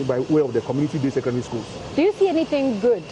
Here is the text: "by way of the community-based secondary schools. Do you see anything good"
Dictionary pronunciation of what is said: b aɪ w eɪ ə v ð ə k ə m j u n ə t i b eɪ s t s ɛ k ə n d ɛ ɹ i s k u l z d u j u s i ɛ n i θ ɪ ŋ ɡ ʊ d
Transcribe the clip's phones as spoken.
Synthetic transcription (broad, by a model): b aɪ w eɪ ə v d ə k ə m j u n ə t i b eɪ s s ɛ k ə d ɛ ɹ i s k u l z d u j u s i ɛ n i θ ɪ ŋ ɡ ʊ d